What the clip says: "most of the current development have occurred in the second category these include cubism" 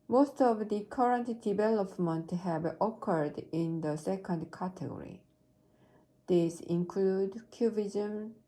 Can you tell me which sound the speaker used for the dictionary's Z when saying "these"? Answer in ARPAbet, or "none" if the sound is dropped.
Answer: S